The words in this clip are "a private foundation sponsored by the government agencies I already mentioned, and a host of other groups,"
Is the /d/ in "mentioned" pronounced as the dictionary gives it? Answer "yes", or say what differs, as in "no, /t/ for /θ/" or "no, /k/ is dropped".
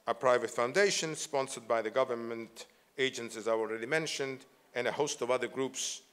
yes